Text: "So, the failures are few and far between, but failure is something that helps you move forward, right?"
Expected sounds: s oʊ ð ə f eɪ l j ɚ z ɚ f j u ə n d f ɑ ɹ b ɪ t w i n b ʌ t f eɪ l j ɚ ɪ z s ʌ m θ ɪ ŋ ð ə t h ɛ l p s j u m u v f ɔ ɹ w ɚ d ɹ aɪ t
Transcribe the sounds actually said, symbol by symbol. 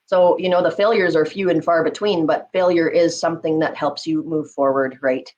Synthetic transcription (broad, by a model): s oʊ ð ə f eɪ l j ɚ z ɚ f j u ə n f ɑ ɹ b ɪ t w i n b ʌ t f eɪ l j ɚ ɪ z s ʌ m θ ɪ ŋ ð ə t h ɛ l p s j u m u v f ɔ ɹ w ɚ d ɹ aɪ t